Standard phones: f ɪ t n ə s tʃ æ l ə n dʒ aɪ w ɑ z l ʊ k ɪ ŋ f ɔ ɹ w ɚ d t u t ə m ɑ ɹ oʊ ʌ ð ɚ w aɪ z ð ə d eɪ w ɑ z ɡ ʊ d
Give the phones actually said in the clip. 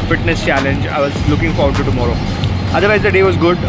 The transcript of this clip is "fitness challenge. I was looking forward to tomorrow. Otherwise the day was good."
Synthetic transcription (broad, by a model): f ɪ t n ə s tʃ æ l ə n dʒ aɪ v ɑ z l ʊ k ɪ ŋ f ɔ ɹ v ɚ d t u t ə m ɑ ɹ oʊ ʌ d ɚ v aɪ z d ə d eɪ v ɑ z ɡ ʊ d